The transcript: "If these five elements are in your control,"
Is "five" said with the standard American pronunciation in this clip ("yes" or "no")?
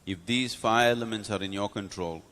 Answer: no